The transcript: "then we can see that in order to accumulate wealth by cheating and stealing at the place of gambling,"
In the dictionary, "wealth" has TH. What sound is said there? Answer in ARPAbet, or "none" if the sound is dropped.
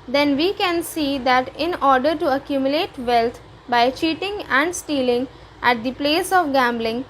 T